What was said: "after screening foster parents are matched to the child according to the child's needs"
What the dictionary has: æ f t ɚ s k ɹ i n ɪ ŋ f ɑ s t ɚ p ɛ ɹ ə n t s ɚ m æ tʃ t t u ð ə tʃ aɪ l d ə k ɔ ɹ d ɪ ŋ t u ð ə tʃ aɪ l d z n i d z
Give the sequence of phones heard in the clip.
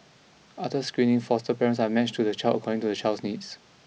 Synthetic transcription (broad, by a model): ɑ t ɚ s k ɹ i n ɪ ŋ f ɑ s t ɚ p ɛ ɹ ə n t s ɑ m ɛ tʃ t t u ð ə tʃ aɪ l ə k ɔ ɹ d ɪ ŋ t u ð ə tʃ aɪ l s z n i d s